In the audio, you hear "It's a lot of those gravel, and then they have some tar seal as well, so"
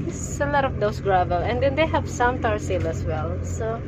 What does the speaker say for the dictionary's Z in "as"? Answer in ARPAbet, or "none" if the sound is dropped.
S